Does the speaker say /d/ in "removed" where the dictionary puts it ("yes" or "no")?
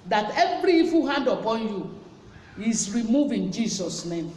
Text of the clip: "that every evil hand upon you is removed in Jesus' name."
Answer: no